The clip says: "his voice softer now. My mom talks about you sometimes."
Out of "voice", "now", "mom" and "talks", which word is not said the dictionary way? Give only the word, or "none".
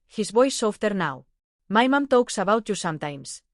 voice